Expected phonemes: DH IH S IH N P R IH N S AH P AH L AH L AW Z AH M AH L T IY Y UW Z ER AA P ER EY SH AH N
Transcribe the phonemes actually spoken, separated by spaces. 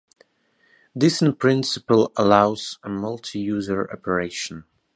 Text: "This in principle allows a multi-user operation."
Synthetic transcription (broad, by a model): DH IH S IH N P R IH N S AH P AH L AH L AW Z AH M AH L T IY Y UW Z ER AA P ER EY SH AH N